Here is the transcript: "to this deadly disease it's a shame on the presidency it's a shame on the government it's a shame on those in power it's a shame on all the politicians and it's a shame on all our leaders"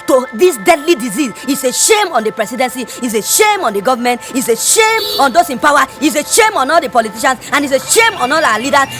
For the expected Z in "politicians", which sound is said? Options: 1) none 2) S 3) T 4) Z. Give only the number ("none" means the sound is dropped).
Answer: 2